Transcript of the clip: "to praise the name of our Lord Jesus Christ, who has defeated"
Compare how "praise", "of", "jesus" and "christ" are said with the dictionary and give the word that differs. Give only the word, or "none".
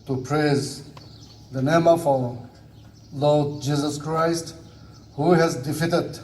of